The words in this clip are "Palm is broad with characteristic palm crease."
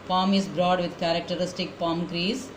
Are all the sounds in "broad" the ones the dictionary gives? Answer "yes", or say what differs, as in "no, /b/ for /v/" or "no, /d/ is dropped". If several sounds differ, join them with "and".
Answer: yes